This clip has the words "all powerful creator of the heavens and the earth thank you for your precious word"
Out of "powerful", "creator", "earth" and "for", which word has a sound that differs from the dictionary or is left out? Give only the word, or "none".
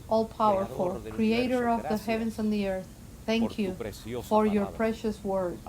none